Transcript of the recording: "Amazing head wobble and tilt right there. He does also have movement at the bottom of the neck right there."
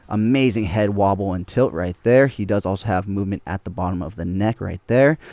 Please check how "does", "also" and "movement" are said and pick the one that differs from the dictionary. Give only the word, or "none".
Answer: none